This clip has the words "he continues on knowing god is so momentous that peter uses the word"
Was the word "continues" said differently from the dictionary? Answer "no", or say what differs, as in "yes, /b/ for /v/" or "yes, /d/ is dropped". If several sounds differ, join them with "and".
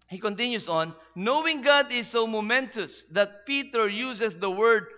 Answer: yes, /s/ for /z/